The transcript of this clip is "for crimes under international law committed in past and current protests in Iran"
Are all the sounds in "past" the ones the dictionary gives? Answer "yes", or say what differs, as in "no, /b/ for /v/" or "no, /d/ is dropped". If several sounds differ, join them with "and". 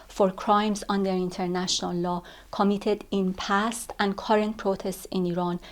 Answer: yes